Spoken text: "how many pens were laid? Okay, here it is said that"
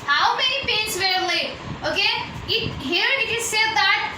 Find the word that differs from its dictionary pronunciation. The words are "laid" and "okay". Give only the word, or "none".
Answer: laid